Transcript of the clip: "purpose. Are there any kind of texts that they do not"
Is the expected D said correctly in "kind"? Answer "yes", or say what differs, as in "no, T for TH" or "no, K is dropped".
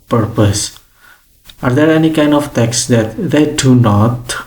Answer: yes